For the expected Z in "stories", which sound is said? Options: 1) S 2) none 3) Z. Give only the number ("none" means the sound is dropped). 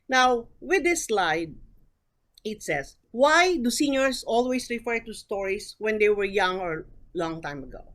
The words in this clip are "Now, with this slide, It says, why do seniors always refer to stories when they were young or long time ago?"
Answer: 1